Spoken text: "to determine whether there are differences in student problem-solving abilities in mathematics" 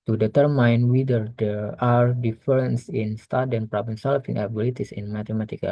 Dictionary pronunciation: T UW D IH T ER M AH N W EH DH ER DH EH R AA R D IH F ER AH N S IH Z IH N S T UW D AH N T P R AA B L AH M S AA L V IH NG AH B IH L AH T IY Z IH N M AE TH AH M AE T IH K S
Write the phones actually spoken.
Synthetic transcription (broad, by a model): T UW D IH T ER M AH N W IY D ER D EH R AA R D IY F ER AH N S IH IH N S T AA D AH N P R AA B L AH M S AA L F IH NG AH B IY L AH T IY S IH N M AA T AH M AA T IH K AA